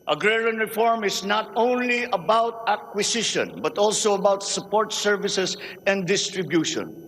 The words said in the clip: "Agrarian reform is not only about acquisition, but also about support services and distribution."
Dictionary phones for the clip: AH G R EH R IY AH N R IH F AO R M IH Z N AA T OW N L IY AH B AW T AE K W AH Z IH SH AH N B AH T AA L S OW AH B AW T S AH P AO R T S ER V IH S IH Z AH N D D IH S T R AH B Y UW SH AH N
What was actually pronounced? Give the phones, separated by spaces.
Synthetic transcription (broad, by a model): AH G R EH R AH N R IH F AO R M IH S N AA T OW N L IY AH B AW T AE K W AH S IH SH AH N B AH T AA L S OW AH B AW T S AH P AO R T S ER V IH S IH S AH N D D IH S T R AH B Y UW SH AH N